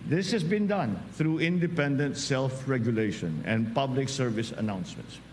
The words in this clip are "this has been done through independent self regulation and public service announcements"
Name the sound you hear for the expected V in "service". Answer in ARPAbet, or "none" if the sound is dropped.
V